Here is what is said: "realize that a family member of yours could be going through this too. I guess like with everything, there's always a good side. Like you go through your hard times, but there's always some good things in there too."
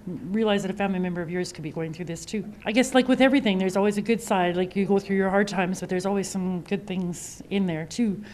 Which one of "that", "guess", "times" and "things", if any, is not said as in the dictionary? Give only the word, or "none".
none